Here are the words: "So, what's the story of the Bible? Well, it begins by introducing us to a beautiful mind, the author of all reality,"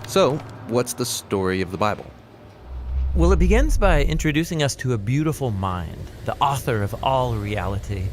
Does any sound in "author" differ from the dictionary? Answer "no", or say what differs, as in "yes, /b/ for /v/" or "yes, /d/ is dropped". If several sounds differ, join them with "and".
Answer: no